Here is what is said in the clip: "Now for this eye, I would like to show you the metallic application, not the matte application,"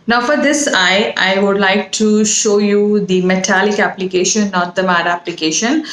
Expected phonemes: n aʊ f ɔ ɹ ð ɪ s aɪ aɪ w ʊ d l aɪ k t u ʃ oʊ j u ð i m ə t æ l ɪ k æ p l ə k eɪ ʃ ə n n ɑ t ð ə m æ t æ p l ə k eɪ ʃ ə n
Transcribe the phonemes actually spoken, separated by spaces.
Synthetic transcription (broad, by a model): n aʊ f ɔ ɹ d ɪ s aɪ aɪ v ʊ d l aɪ k t u ʃ oʊ j u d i m ə t æ l ɪ k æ p l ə k eɪ ʃ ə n n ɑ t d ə m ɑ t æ p l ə k eɪ ʃ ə n